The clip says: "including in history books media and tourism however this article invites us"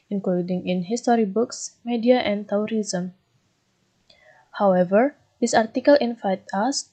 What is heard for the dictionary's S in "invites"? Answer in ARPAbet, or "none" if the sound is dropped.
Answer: none